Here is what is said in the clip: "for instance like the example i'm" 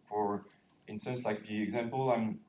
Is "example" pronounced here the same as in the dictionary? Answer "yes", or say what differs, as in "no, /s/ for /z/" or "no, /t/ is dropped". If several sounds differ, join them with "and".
yes